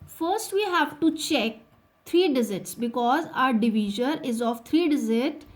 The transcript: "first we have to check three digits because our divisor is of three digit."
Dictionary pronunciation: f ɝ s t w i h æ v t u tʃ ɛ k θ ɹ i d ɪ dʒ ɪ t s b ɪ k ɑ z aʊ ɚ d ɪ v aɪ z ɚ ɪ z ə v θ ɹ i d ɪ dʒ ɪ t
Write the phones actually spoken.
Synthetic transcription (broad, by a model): f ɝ s t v i h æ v t u tʃ ɛ k t ɹ i d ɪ z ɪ t s b ɪ k ɑ z aʊ ɚ d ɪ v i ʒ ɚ ɪ z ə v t ɹ i d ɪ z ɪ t